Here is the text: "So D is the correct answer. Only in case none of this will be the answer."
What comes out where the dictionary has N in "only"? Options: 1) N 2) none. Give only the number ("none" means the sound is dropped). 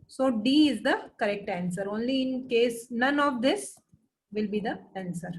1